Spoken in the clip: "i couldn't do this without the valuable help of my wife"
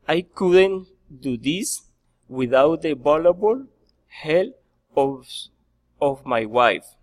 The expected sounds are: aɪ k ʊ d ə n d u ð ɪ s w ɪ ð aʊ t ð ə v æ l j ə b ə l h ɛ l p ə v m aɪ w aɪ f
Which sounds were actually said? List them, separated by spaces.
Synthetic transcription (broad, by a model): aɪ k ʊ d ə n d u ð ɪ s w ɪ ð aʊ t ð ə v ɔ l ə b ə l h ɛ l ə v m aɪ w aɪ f